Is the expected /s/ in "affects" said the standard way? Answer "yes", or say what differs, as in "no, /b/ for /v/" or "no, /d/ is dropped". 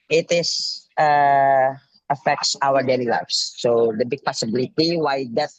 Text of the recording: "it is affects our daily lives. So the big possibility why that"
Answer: yes